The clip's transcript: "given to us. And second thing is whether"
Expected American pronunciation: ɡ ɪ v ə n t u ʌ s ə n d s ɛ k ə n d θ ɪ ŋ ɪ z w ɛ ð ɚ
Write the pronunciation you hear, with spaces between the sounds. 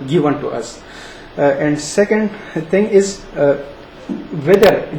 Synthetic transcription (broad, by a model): ɡ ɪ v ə n t u ʌ s ə n d s ɛ k ə n d t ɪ ŋ ɪ z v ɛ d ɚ